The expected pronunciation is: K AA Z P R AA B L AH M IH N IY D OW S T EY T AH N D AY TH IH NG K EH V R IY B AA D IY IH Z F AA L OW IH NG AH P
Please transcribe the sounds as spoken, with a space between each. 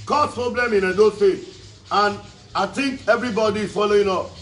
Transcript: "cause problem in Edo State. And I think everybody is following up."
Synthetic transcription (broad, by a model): K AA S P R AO B L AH M IH N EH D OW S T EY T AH N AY T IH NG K EH V R IY B AA D IY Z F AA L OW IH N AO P